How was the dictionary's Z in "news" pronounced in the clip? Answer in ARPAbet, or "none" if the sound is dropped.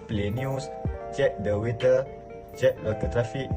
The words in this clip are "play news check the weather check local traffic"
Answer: S